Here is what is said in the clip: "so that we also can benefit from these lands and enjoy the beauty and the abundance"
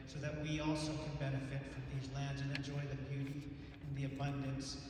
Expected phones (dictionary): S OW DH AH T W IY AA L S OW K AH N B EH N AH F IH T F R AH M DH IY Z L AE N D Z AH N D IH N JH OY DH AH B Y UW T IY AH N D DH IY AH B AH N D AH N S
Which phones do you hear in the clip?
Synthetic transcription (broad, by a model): S OW DH AH T W IY AA L S OW K AH N B EH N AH F IH T F R AH M DH IY Z L AE N D Z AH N IH N JH OY DH AH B Y UW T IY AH N DH IY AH B AH N D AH N S